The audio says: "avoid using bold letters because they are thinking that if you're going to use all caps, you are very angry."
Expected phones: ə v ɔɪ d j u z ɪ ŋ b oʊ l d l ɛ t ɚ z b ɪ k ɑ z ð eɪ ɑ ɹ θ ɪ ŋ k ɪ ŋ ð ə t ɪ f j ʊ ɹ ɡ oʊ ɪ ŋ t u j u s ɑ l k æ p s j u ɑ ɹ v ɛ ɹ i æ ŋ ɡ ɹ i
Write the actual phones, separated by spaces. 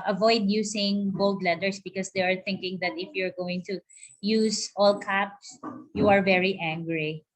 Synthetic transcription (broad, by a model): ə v ɔɪ d j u s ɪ ŋ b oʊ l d l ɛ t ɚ s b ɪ k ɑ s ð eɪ ɑ ɹ θ ɪ ŋ k ɪ ŋ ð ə t ɪ f j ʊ ɹ ɡ oʊ ɪ ŋ t u j u s ɑ l k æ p s j u ɑ ɹ v ɛ ɹ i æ ŋ ɡ ɹ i